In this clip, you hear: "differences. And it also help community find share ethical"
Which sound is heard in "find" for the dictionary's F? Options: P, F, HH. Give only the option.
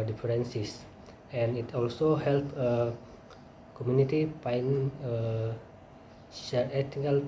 P